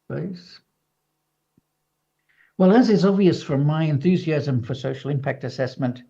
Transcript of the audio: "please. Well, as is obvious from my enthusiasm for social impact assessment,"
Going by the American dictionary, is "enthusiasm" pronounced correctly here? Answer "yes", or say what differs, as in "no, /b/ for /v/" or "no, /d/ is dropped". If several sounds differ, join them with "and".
yes